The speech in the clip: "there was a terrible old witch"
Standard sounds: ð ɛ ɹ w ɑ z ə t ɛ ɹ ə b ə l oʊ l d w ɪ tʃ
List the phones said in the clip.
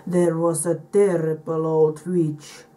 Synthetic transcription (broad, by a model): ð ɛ ɹ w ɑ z ə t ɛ ɹ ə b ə l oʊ d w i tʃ